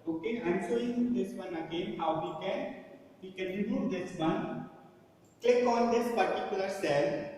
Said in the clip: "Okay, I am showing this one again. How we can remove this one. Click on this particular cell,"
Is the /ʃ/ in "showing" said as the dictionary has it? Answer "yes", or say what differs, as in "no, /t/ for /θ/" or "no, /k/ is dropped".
no, /s/ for /ʃ/